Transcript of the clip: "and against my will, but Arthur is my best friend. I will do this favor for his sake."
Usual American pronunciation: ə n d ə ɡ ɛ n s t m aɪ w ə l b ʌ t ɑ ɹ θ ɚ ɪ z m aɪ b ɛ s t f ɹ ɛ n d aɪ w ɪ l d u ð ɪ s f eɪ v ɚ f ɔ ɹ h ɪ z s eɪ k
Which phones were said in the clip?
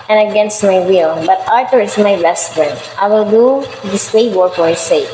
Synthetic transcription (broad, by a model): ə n ə ɡ ɛ n s t m aɪ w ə l b ʌ t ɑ ɹ t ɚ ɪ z m aɪ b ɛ s t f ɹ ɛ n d aɪ w ɪ l d u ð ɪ s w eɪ w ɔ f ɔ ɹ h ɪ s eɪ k